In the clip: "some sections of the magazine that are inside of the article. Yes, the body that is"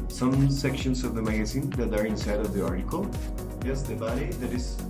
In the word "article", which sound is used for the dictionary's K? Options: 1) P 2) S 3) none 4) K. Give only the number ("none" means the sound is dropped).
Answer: 4